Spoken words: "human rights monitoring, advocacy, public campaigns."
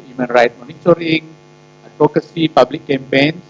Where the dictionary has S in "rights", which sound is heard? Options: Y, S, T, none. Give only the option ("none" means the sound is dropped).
none